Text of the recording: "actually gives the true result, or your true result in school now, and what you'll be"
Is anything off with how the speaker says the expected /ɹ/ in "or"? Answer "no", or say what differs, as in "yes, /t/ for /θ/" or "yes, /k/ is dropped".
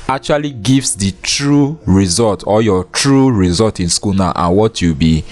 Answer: yes, /l/ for /ɹ/